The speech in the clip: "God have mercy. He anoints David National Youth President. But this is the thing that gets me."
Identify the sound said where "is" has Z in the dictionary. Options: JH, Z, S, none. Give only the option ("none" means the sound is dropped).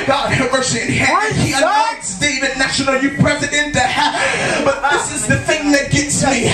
Z